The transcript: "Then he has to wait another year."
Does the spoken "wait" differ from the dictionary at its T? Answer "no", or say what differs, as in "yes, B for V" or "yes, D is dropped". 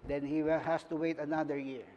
no